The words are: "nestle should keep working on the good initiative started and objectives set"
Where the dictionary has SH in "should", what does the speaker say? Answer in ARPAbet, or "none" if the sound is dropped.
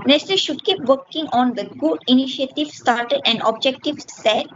SH